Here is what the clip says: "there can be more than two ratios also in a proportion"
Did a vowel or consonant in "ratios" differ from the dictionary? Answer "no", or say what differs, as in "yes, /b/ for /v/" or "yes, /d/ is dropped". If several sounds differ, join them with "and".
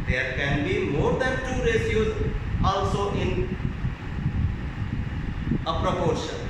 yes, /s/ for /ʃ/